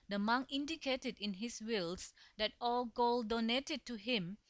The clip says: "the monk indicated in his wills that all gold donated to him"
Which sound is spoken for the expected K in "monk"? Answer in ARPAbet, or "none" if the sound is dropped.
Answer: none